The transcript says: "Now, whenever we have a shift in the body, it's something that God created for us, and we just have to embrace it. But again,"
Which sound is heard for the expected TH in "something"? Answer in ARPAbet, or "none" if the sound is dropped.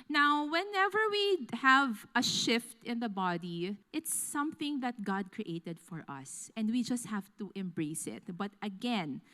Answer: TH